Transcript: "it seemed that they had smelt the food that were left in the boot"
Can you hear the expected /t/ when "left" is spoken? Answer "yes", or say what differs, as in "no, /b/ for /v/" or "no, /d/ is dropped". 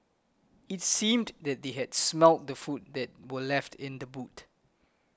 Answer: yes